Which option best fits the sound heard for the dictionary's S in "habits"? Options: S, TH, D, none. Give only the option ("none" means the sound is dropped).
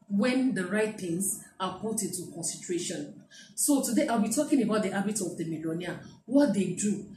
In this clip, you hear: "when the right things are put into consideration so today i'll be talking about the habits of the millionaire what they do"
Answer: none